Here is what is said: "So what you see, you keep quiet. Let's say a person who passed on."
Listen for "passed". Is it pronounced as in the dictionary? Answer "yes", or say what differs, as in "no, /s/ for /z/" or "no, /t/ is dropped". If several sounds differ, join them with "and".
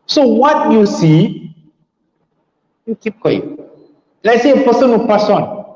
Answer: no, /t/ is dropped